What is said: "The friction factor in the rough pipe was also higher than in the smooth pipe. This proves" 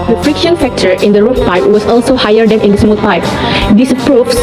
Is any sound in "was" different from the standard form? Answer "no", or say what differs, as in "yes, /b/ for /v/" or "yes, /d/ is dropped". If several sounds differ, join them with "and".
yes, /s/ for /z/